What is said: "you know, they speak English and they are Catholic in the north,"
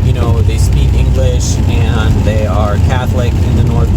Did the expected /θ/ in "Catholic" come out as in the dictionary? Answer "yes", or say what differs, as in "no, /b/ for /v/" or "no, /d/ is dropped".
yes